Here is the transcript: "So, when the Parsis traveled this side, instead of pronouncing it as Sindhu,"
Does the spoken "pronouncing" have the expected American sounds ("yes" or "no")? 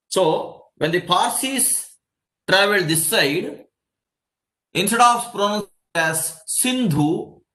no